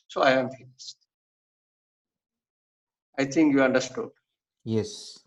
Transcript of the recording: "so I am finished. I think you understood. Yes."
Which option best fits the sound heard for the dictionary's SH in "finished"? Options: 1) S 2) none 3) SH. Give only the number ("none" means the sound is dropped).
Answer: 1